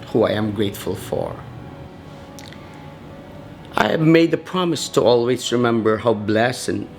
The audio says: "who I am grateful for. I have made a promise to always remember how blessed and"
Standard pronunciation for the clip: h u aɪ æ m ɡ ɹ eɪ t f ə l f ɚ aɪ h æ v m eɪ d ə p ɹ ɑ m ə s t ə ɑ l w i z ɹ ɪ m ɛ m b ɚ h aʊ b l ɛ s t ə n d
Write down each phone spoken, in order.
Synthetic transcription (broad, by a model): h u aɪ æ m ɡ ɹ eɪ t f ə l f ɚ aɪ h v m eɪ d ə p ɹ ɑ m ə s t ə ɑ l w i z ɹ ɪ m ɛ m b ɚ h aʊ b l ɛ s ə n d